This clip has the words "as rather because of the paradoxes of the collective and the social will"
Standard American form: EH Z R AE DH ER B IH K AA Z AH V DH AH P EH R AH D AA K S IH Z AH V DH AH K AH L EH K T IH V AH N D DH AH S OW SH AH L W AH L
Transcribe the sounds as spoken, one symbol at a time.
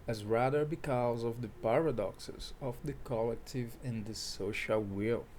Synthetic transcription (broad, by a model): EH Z R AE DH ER B IH K AA Z AH V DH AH P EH R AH D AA K S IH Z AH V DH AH K AH L EH K T IH V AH N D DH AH S OW SH AH L W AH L